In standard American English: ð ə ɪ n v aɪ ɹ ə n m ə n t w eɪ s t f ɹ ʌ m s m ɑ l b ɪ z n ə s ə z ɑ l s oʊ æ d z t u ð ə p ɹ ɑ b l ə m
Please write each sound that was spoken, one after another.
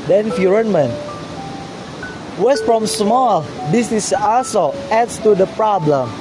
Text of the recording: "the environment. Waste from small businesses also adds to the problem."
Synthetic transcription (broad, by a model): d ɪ n f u ɹ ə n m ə n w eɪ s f ɹ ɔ m s m ɑ l b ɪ s n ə s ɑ s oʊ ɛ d s t u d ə p ɹ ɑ b l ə m